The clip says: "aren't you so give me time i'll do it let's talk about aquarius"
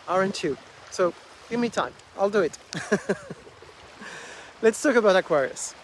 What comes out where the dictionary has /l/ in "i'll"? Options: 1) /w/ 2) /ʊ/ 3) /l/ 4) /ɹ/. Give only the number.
3